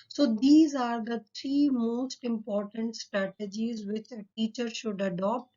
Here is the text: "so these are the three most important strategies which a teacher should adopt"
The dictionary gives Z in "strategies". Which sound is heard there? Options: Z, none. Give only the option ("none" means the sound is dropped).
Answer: Z